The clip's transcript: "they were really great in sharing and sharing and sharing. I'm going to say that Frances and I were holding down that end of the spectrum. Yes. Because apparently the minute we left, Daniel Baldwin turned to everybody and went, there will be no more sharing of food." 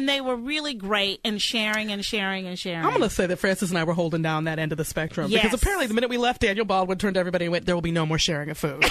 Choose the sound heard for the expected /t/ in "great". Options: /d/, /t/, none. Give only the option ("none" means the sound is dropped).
/t/